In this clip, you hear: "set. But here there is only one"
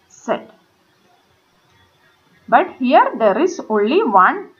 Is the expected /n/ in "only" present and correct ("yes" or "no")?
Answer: yes